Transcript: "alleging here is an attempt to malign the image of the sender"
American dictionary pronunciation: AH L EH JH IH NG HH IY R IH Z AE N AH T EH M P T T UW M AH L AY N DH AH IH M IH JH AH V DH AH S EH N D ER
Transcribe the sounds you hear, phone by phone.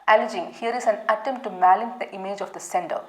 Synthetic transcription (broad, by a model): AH L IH JH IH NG HH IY R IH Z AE N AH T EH M T T UW M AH L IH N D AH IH M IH JH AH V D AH S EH N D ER